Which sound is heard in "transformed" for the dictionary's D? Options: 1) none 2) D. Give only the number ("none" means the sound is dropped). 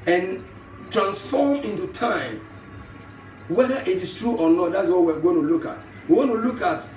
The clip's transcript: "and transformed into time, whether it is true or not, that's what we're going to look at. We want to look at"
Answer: 1